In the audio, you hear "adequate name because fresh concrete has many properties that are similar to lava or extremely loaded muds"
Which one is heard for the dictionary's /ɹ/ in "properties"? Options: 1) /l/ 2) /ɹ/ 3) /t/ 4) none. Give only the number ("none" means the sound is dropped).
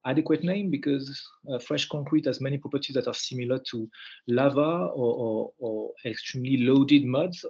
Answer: 2